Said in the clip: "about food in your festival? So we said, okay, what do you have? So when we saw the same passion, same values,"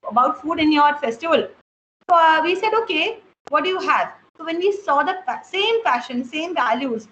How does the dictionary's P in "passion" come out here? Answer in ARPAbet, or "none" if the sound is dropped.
F